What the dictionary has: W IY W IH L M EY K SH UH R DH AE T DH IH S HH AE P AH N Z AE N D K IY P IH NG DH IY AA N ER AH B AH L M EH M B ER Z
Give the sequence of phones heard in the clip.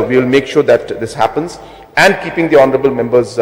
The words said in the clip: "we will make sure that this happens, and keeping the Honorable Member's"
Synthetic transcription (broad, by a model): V IY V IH L M EY K SH UH R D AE T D IH S HH AE P AH N Z AE N D K IY P IH NG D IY AA N ER AH B AH L M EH M B ER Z